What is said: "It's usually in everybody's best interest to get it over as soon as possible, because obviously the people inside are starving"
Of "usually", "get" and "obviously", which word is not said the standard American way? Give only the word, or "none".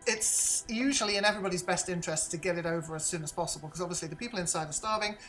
none